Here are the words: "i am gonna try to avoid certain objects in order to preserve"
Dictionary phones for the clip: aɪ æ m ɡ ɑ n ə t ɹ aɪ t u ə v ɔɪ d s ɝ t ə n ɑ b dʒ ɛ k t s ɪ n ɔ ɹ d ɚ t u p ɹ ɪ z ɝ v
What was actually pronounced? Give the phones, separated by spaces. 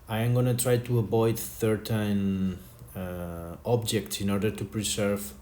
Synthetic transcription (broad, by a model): aɪ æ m ɡ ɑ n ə t ɹ aɪ t u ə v ɔɪ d θ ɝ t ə n ɑ b dʒ ɛ k t s ɪ n ɔ ɹ d ɚ t u p ɹ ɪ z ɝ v